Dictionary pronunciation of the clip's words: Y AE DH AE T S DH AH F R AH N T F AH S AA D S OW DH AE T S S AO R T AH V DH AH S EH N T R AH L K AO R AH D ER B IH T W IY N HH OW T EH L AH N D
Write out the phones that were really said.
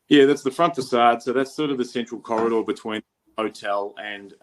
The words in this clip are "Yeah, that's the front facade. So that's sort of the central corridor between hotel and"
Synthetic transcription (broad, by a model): Y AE DH AE T S DH AH F R AH N T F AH S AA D S OW DH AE T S S AO R T AH V DH AH S EH N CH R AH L K AO R AH D ER B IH T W IY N HH OW T EH L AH N